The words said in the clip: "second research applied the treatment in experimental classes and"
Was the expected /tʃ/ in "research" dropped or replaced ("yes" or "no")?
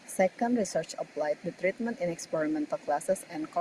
no